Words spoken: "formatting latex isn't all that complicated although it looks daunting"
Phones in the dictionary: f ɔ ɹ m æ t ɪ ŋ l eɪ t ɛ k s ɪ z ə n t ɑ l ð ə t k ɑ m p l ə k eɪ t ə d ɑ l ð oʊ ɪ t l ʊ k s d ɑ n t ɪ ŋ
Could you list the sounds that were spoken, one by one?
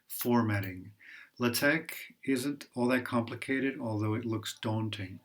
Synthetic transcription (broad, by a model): f ɔ ɹ m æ t ɪ ŋ l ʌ t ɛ k ɪ z ə n t ɑ l ð ə t k ɑ m p l ə k eɪ t ə d ɑ l ð oʊ ɪ t l ʊ k s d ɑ n t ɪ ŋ